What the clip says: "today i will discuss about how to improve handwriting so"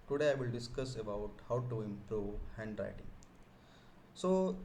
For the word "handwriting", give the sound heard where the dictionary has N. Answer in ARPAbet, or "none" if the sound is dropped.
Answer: N